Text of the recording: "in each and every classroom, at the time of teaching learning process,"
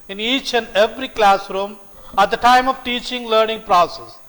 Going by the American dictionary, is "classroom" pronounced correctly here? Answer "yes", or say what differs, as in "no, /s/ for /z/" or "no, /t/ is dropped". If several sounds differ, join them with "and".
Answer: yes